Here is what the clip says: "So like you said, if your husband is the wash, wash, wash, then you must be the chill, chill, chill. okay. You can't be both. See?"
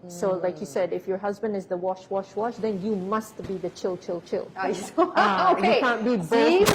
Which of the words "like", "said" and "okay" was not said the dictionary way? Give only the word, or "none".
okay